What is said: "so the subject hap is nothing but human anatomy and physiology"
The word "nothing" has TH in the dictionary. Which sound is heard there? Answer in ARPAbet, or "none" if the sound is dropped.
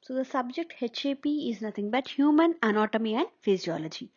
T